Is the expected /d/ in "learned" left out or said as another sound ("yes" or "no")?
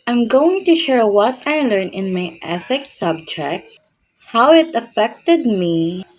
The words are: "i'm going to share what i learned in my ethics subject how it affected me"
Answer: yes